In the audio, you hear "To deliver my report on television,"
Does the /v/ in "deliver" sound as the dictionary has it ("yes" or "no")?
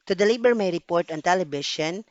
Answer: no